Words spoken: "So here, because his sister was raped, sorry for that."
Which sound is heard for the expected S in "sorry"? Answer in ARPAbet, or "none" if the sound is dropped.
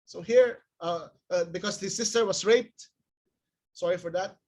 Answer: S